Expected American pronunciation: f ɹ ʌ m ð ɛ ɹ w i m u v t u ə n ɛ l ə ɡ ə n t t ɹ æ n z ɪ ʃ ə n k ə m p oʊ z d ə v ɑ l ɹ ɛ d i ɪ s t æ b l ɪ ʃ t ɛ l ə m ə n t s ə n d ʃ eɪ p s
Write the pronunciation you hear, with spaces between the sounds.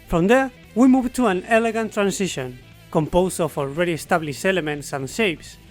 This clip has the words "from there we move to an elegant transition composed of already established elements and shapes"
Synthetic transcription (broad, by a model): f ɹ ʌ m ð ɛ ɹ w i m u v t u ə n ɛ l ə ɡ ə n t t ɹ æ n s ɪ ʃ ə n k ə m p oʊ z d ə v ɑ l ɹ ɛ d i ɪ s t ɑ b l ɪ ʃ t ɛ l ə m ə n t s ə n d ʃ eɪ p s